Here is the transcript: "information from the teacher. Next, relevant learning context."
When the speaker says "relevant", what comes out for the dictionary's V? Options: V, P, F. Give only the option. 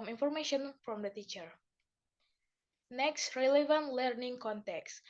V